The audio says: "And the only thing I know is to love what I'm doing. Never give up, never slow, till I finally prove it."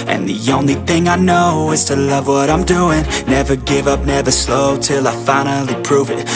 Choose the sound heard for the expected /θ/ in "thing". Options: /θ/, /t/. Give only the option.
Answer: /θ/